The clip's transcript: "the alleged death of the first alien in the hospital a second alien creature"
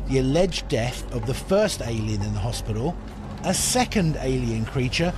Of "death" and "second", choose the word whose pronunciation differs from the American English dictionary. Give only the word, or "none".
none